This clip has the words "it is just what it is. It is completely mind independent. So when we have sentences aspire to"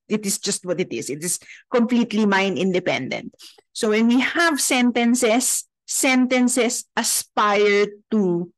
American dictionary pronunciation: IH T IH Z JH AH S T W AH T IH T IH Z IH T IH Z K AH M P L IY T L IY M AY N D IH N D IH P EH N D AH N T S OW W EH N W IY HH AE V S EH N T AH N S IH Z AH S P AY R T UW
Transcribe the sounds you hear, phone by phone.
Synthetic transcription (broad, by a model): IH T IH S JH AH S T W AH T IH T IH S IH T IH S K AH M P L IY T L IY M AY N IH N D IH P EH N D AH N T S OW W EH N W IY HH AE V S EH N T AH N S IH S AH S P AY R T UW